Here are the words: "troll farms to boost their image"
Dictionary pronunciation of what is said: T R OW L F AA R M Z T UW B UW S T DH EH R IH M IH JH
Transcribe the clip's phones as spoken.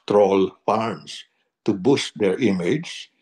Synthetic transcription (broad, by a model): T R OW L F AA R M S T UW B UW S T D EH R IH M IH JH